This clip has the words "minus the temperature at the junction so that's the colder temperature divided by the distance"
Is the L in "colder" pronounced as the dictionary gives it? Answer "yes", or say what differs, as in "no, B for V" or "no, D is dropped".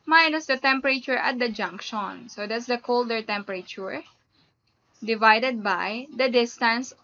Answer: yes